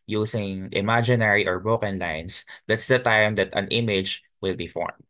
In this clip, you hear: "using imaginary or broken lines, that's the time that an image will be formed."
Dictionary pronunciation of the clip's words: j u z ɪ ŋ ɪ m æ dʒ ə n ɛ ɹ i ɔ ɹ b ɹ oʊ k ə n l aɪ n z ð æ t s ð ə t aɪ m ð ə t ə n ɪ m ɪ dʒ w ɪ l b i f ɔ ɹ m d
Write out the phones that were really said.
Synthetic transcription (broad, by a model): j u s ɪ ŋ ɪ m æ dʒ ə n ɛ ɹ i ɔ ɹ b oʊ k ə n l aɪ n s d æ t s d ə t aɪ m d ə t ə n ɪ m ɪ dʒ w ɪ l b i f ɔ ɹ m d